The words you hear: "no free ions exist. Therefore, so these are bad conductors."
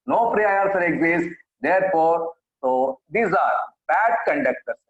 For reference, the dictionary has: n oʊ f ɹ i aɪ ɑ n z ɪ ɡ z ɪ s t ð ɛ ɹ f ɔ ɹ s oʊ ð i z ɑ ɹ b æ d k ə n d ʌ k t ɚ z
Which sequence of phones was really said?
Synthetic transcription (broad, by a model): n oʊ p ɹ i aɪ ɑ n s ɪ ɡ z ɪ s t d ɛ ɹ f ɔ ɹ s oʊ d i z ɑ ɹ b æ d k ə n d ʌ k t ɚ